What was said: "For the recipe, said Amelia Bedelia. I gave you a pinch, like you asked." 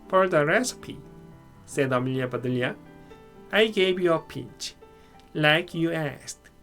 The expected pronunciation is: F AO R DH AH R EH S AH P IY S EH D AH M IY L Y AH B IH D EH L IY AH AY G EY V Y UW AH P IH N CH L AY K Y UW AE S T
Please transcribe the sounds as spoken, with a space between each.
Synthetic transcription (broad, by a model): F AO R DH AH R EH S AH P IY S EH D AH M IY L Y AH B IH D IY L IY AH AY G EY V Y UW AH P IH CH L AY K Y UW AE S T